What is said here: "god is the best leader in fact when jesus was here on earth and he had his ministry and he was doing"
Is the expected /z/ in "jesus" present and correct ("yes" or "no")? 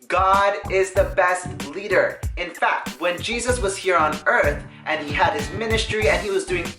yes